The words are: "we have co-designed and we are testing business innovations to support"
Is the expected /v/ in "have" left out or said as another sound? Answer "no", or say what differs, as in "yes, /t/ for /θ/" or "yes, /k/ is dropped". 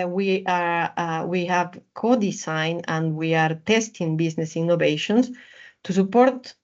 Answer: no